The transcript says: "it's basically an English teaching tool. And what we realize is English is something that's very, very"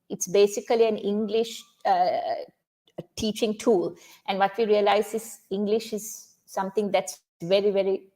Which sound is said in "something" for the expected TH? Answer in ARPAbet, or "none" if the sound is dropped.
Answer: T